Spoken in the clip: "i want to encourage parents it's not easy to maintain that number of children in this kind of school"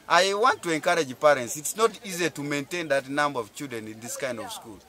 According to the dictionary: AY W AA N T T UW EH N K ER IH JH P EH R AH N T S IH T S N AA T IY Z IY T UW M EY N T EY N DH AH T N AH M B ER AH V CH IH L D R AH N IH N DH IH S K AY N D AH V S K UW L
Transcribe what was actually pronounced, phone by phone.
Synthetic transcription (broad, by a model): AY W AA N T T UW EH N K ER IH JH P EH R AH N T S IH T S N AA T IY Z IY T UW M EY N T EY N DH AH T N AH M B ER AH V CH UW D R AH N IH N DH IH S K AY N D AH V S K UW L